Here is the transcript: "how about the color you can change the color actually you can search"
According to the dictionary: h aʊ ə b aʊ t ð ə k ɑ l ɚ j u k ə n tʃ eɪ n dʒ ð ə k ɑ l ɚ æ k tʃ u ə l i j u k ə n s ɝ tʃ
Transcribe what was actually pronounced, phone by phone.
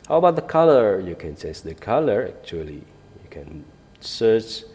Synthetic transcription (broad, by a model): h aʊ ə b aʊ t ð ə k ɑ l ɚ j u k ə n s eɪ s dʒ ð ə k ɑ l ɚ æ k tʃ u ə l i j u k ə n s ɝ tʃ